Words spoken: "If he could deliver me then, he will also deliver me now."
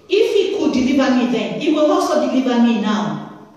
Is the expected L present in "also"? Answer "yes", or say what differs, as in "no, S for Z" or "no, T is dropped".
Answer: no, L is dropped